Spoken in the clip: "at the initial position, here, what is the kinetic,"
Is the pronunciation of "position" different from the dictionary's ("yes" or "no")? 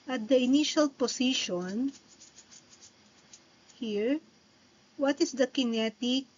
yes